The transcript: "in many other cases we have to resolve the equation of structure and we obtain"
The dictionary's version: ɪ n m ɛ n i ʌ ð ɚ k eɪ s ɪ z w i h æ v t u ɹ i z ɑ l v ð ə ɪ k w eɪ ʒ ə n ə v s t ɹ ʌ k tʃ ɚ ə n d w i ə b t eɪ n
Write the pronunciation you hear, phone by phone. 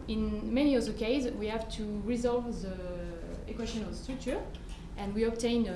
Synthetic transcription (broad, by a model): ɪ n m ɛ n i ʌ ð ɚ k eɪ ɪ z w i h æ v t u ɹ i z ɑ l v ð ə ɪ k w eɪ ʃ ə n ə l s t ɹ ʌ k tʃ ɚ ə n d w i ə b t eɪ n